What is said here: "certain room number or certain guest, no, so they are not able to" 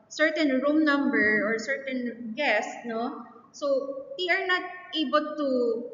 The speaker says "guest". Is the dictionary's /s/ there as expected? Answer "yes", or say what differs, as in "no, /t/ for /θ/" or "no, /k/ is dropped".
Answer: yes